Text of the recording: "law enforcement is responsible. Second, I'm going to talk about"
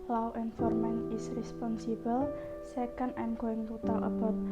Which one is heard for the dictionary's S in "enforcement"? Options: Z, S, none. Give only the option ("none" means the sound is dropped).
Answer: none